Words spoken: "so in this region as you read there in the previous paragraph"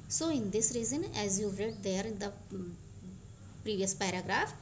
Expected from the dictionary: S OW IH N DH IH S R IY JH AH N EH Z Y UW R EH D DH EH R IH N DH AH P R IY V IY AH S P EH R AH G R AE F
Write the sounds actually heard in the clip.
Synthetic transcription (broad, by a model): S OW IH N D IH S R IY Z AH N EH Z Y UW R EH D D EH R IH N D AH P R IY V IY AH S P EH R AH G R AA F